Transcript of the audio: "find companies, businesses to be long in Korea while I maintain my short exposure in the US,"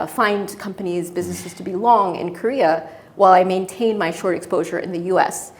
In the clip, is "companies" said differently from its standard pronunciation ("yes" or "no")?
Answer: no